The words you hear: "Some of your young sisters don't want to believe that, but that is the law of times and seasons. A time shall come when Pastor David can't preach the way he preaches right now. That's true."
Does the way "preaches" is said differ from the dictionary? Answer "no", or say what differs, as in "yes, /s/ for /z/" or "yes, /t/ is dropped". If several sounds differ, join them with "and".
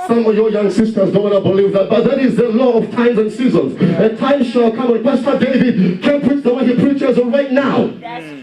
no